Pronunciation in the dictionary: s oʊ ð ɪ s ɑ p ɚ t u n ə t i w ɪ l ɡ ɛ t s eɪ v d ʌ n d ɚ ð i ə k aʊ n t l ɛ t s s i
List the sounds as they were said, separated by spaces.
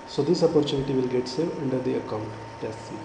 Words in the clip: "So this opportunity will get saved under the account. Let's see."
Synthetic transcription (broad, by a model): s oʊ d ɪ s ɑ p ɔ t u n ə t i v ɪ l ɡ ɛ t s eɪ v ʌ n d ɚ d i ə k aʊ n t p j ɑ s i